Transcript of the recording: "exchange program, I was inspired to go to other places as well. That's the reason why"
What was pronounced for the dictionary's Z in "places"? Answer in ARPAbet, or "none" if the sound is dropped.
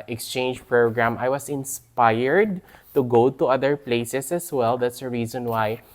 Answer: S